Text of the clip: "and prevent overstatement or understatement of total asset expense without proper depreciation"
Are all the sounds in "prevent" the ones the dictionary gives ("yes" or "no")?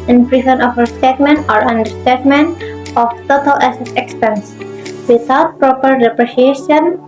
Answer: no